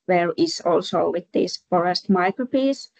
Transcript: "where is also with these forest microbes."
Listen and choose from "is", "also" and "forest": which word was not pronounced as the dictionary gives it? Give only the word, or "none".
is